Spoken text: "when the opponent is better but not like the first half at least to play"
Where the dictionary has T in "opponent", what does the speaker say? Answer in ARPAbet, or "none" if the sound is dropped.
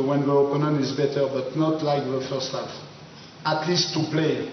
none